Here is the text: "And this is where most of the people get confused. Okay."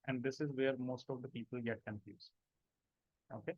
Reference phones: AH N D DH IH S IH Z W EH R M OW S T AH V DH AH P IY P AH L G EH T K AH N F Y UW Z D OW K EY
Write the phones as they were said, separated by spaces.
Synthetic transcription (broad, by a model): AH N D IH S IH Z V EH R M OW S T AH V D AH P IY P AH L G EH T K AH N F Y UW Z OW K EY